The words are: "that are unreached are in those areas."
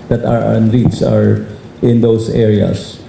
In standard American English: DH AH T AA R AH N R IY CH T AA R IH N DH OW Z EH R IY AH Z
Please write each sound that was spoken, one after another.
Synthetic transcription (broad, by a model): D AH T AA R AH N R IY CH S AA R IH N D OW S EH R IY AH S